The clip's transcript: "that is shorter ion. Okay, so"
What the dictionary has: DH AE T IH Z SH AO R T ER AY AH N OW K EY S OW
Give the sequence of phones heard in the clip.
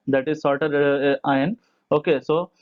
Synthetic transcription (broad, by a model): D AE T IH Z S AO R T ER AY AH N OW K EY S OW